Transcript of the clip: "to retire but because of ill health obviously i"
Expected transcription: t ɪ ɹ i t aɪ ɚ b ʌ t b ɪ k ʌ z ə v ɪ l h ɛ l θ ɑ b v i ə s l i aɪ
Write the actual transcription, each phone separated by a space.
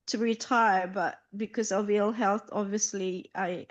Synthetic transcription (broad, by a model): t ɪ ɹ i t aɪ ɚ b ʌ t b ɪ k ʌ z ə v ɪ l h ɛ l θ ɑ b v i ə s l i aɪ